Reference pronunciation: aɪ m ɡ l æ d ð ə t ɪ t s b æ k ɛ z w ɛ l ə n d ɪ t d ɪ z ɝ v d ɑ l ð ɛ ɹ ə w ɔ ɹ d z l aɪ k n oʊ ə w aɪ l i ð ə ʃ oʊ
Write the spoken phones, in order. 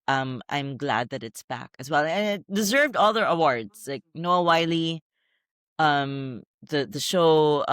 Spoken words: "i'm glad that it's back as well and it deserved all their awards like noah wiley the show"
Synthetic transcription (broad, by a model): aɪ m ɡ l æ d ð ə t ɪ t s b æ k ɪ z w ɛ l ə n ɪ t d ɪ z ɝ v d ɑ l ð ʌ ɹ ə w ɔ ɹ d z l aɪ k n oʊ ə w aɪ l i ð ə ʃ oʊ